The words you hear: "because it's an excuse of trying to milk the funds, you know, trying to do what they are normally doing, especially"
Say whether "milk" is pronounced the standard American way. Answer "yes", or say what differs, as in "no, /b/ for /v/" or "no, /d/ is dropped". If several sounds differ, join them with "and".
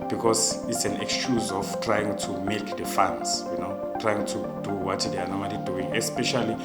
no, /l/ is dropped